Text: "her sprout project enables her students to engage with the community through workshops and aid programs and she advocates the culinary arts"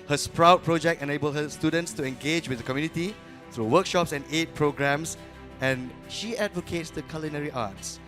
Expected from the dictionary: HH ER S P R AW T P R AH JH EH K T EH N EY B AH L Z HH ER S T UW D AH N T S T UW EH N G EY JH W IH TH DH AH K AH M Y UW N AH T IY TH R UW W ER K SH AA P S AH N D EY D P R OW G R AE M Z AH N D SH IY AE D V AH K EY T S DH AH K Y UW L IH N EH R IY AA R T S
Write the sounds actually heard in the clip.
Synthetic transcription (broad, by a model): HH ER S P R AW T P R AH JH EH K T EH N EY B AH L HH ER S T UW D AH N T S T UW EH N G EY JH W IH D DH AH K AH M Y UW N AH T IY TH R UW W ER K SH AA P S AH N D EY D P R OW G R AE M S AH N SH IY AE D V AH K EY T S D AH K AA L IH N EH R IY AA T S